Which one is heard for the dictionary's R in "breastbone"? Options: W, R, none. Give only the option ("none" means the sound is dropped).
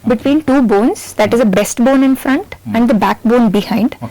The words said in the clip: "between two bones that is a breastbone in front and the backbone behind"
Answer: none